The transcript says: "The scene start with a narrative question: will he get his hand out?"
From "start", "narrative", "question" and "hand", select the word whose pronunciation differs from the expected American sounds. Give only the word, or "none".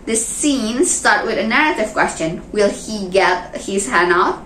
hand